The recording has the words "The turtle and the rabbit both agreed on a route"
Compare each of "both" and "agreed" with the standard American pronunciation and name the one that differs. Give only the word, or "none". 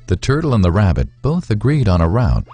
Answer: none